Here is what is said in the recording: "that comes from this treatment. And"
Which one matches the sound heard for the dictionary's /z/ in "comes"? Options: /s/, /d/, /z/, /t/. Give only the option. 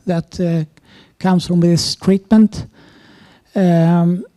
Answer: /s/